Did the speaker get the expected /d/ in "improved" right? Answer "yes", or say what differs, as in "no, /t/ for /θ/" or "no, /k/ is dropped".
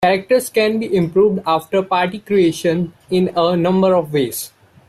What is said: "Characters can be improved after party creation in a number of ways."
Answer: yes